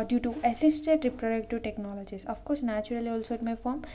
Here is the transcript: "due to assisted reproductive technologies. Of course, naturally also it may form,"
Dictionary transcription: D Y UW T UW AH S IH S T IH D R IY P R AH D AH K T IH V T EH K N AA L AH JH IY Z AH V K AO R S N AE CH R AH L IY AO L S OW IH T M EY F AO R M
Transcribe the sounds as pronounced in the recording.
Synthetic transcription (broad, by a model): D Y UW T UW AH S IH S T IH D R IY P R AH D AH K T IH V T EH K N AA L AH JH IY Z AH F K AO R S N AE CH R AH L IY AO L S OW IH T M EY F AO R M